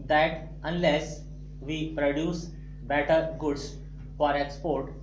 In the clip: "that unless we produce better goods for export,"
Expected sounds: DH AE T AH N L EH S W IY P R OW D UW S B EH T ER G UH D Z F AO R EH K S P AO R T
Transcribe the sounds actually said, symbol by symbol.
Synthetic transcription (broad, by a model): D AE T AH N L EH S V IY P R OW D UW S B EH T ER G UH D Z F AO R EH K S P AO R T